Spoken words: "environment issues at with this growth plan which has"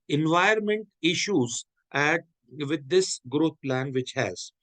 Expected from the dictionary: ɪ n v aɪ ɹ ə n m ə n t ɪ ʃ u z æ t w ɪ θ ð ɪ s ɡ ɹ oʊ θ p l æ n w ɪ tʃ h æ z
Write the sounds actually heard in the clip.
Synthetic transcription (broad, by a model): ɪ n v aɪ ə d m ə n t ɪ ʃ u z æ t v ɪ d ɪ s ɡ ɹ oʊ t p l æ n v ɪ tʃ h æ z